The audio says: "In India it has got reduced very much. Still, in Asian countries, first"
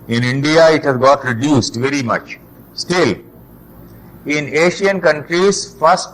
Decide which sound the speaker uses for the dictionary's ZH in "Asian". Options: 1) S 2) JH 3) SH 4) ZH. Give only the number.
3